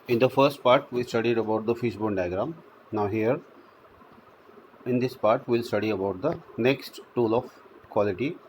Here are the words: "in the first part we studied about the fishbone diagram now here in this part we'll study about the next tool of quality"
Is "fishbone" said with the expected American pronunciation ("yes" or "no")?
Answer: no